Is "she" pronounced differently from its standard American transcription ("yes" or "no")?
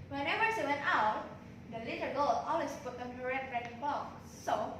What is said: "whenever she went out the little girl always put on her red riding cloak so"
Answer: yes